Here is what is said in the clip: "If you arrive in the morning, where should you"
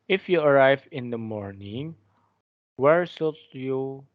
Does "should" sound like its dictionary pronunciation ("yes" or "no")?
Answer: no